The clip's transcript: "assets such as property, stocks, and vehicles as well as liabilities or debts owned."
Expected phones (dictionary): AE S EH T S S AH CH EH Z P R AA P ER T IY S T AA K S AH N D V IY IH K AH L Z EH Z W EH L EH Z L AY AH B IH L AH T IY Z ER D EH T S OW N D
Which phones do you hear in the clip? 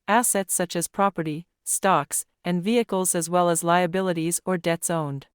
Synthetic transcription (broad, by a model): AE S EH T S S AH CH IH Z P R AA P ER T IY S T AA K S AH N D V IY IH K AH L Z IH Z W EH L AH Z L AY AH B IH L AH T IY Z ER D EH T S OW N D